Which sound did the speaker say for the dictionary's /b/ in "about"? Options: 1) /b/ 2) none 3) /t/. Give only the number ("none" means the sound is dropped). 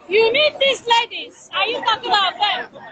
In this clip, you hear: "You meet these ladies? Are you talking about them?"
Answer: 2